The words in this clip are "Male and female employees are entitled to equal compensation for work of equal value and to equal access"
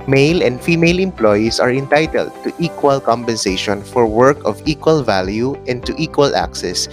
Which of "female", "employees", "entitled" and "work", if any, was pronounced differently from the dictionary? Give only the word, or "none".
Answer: employees